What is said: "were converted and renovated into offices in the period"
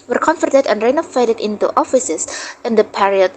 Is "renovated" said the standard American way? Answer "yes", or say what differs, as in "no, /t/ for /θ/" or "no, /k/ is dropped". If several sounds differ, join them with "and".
no, /f/ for /v/